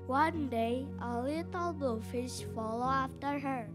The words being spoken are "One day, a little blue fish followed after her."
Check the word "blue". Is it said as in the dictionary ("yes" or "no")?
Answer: no